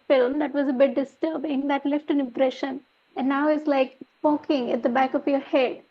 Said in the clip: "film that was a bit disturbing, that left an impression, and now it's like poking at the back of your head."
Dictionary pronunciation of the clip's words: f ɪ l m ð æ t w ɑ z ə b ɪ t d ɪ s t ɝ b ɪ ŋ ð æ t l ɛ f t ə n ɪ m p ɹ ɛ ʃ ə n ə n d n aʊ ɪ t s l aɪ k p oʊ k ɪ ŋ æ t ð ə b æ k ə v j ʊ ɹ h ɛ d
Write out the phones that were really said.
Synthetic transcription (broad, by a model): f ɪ l m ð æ t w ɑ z ə b ɪ t d ɪ s t ɝ b ɪ ŋ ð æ t l ɛ f t ə n ɪ m p ɹ ɛ ʃ ə n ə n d n aʊ ɪ t s l aɪ k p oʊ k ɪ ŋ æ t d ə b æ k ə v j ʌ ɹ h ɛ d